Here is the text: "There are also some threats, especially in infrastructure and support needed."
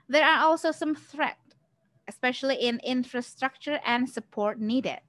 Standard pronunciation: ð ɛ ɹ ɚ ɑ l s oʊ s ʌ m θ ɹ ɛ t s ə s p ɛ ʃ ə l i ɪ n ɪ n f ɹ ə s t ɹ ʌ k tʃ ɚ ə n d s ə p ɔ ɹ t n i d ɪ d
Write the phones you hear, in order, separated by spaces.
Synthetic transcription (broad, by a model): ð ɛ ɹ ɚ ɑ l s oʊ s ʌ m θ ɹ ɛ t ə s p ɛ ʃ ə l i ɪ n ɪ n f ɹ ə s t ɹ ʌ k tʃ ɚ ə n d s ə p ɔ ɹ t n i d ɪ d